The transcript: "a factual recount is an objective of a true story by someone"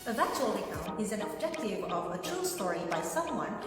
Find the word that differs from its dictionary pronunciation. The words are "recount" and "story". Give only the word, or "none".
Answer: recount